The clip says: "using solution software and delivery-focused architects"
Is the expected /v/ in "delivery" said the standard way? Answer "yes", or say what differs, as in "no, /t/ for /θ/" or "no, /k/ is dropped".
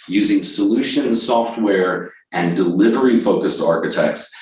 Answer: yes